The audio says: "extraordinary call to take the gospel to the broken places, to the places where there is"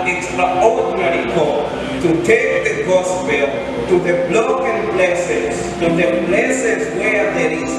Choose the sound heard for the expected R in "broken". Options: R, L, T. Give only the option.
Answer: L